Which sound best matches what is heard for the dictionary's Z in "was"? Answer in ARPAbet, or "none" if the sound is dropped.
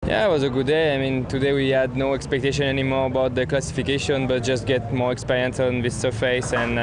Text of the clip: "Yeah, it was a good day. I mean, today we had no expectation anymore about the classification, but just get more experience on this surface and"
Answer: Z